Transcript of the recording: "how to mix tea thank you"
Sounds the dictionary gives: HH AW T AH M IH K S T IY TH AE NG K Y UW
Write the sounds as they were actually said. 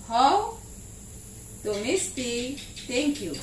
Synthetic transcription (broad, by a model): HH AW T AH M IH S T IY T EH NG K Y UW